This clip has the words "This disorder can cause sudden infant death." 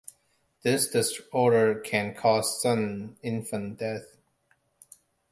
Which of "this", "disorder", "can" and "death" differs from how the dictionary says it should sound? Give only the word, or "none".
none